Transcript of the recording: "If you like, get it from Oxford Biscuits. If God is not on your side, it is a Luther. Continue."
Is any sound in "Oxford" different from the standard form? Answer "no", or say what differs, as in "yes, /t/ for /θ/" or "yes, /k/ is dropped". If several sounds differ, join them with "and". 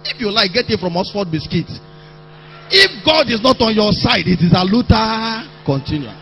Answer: yes, /k/ is dropped